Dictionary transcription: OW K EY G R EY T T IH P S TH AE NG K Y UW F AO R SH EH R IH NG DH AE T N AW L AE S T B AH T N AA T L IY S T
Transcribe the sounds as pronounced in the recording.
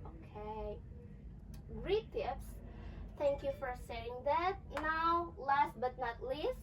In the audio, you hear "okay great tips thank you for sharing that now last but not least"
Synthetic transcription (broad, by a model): OW K EY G R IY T T IH P S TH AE NG K Y UW F AO R S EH IH NG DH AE T N AW L AE S T B AH T N AA T L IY S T